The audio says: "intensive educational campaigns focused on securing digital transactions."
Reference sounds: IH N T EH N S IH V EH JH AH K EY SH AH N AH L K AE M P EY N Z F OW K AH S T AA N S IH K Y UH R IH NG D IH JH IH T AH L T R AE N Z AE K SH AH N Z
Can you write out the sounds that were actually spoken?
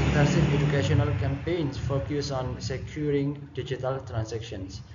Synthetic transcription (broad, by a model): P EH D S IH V EH JH AH K EY SH AH N AH L K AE M P EY N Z F OW K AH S AA N S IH K Y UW R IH NG D IH JH IH T AH L T R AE N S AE K SH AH N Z